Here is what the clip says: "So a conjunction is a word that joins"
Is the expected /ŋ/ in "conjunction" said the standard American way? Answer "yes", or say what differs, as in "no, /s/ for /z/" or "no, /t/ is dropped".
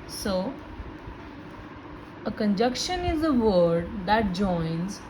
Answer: no, /ŋ/ is dropped